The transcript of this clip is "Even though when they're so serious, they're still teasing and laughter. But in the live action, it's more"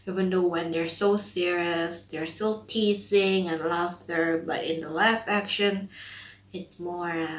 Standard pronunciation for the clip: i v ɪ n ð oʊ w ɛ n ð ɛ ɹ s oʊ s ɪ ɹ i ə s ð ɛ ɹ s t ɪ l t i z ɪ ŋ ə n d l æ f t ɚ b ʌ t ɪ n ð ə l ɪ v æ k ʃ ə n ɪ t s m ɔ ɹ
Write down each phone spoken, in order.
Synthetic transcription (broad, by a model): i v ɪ n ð oʊ w ɛ n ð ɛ ɹ s oʊ s ɪ ɹ i ə s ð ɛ ɹ s t ɪ l t i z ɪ ŋ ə n l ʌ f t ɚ b ʌ t ɪ n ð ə l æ f æ k ʃ ə n ɪ t s m ɔ ɹ